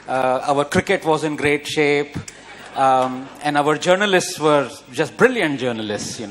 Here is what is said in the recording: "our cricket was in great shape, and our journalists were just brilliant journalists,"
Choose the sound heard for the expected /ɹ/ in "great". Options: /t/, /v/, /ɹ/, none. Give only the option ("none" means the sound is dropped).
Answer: /ɹ/